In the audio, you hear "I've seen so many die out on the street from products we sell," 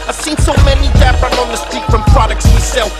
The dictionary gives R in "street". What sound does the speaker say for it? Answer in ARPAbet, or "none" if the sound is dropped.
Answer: none